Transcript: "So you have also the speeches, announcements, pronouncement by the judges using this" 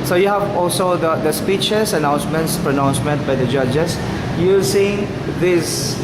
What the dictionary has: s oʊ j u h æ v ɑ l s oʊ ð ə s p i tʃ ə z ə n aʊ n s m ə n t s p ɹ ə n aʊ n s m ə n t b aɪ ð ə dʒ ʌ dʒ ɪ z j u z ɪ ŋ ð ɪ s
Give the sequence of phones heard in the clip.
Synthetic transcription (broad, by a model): s oʊ j u h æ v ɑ l s oʊ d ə s p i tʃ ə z ə n aʊ n s m ə n t s p ɹ ə n aʊ n s m ə n t b aɪ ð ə dʒ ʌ dʒ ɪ s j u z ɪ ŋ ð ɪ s